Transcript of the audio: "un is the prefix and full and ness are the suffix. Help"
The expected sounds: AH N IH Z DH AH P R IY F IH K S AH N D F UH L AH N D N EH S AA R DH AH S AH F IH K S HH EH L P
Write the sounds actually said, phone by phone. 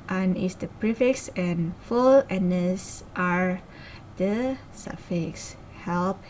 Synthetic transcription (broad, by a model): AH N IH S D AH P R IY F IH K S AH N F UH L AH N N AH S AA R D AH S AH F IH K S HH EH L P